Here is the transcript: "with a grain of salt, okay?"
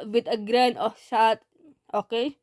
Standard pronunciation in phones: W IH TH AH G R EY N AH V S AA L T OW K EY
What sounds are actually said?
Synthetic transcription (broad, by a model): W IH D AH G R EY N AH F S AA T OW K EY